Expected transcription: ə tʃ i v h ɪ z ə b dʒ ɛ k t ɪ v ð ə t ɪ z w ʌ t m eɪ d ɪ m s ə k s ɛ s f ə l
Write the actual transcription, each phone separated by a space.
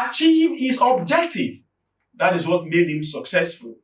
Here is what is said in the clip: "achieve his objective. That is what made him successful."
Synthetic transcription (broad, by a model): tʃ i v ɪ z ə b dʒ ɛ k t ɪ v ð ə t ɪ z w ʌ t m eɪ d ɪ m s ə k s ɛ s f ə l